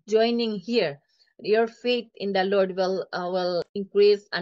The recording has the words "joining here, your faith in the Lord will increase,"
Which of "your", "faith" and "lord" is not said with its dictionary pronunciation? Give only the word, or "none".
faith